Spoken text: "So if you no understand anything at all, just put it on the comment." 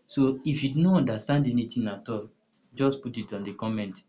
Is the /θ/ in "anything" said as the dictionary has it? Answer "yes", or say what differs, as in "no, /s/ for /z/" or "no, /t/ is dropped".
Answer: no, /t/ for /θ/